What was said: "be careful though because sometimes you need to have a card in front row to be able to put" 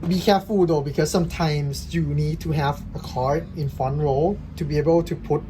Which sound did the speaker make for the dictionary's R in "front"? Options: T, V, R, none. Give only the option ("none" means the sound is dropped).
none